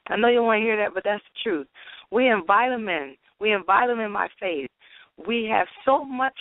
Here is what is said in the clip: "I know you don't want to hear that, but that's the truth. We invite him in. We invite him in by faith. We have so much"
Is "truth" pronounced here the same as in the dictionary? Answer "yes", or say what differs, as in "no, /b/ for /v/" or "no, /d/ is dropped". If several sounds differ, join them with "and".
yes